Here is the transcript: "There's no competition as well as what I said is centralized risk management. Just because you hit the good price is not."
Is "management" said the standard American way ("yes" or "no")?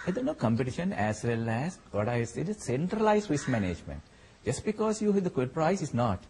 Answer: yes